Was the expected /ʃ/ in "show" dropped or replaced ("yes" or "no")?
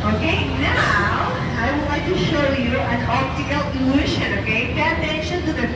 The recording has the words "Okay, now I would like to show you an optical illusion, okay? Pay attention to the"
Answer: no